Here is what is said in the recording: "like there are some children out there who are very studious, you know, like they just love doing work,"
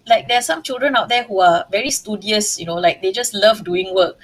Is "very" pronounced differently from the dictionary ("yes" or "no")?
no